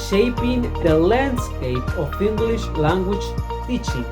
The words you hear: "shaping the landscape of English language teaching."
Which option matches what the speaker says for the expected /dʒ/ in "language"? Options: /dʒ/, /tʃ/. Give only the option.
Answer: /tʃ/